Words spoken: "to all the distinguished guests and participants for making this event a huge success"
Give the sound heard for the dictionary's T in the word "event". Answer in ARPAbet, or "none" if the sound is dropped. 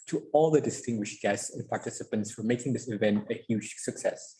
T